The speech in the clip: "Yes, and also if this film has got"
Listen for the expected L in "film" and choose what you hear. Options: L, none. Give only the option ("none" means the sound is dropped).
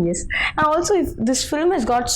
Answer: L